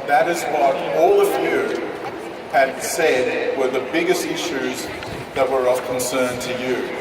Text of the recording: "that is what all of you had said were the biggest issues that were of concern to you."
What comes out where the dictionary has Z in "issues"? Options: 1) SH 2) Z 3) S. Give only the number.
2